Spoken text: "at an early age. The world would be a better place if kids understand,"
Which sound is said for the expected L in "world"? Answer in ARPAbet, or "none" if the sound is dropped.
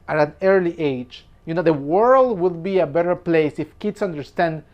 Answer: L